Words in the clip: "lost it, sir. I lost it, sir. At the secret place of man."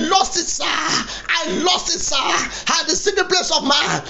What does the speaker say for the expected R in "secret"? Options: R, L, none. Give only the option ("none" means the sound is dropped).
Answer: none